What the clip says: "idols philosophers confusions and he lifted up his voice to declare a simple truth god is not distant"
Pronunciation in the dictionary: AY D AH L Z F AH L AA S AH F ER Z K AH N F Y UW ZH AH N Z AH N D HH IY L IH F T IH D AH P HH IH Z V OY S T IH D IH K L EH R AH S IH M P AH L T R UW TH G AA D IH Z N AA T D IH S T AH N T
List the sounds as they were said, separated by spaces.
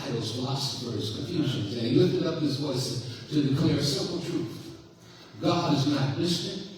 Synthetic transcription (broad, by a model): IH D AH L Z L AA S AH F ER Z K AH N F Y UW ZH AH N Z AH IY L IH F T IH D AH P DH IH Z V OY S T IH D IH K L EH R S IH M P L T R UW TH G AA D IH Z N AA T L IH S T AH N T